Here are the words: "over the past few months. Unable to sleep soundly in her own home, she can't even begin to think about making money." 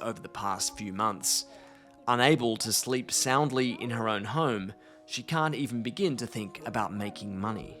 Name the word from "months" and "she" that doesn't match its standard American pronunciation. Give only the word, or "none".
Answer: none